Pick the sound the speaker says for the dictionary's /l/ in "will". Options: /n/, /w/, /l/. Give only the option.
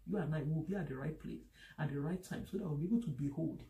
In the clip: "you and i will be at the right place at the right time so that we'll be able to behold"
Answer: /w/